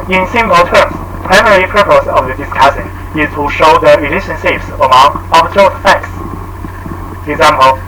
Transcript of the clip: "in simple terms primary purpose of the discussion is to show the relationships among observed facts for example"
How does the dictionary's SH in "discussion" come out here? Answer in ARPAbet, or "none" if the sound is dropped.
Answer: S